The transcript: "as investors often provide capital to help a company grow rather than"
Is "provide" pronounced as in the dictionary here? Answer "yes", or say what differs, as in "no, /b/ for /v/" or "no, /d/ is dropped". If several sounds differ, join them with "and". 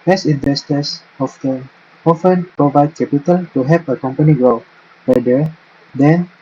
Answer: yes